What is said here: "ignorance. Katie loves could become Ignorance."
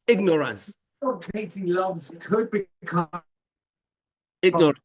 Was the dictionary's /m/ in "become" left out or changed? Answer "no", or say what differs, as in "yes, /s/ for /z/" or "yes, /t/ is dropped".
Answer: yes, /m/ is dropped